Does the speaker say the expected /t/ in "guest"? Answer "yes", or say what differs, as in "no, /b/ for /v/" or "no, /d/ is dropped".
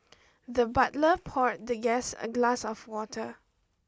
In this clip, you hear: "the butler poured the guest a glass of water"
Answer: no, /t/ is dropped